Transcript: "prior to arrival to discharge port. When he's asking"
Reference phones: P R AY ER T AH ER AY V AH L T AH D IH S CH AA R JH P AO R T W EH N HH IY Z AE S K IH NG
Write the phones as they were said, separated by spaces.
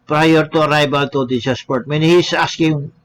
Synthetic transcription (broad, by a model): P R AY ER T AH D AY B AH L T AH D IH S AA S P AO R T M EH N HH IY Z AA S K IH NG